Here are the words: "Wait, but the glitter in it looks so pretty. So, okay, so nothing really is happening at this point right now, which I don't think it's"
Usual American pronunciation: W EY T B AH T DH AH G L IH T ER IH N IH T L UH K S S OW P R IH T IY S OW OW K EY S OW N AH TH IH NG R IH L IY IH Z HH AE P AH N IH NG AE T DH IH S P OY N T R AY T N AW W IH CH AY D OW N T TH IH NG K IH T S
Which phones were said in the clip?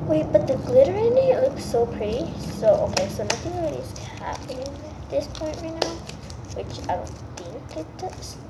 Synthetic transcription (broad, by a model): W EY B AH T DH AH G L IH T ER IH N IH T L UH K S S OW P R IH T IY S OW OW K EY S OW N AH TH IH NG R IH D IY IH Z HH AE P AH N IH NG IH T DH IH S P OY N T R AY T N AW W IH CH AY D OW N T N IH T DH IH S